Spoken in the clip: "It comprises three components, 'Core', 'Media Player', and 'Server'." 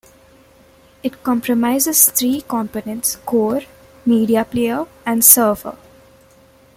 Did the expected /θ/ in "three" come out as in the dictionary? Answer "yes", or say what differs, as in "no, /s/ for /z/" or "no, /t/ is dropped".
no, /t/ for /θ/